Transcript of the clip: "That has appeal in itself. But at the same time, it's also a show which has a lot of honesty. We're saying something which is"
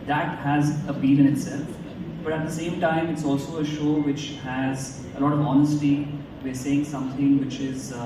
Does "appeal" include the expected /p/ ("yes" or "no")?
no